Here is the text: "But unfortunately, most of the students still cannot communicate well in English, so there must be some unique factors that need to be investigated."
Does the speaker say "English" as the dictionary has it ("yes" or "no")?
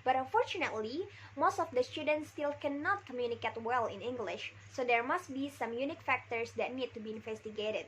yes